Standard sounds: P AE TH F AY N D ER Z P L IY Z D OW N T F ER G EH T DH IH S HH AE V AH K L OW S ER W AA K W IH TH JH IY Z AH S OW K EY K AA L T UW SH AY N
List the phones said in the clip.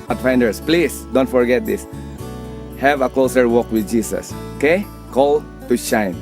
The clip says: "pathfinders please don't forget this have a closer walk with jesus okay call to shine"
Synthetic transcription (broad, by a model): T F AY N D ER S P L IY S D OW N T F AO G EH T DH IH S HH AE V AH K L OW S ER W AA K W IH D JH IY S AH S OW K EY K AA L T UW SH AY N